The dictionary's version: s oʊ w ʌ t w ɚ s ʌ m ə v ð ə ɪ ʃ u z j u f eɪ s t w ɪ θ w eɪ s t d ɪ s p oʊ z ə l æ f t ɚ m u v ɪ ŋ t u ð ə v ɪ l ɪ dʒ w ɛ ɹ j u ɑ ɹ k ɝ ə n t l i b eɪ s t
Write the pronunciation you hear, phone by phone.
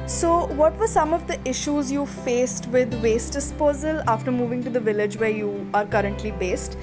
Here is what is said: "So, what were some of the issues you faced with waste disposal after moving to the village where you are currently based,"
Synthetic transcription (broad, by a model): s oʊ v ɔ t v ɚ s ʌ m ə v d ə ɪ ʃ u z j u f eɪ s t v ɪ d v eɪ s t d ɪ s p oʊ z ə l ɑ f t ɚ m u v ɪ ŋ t u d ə v ɪ l ɪ dʒ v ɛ ɹ j u ɑ ɹ k ɝ ə n t l i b eɪ s t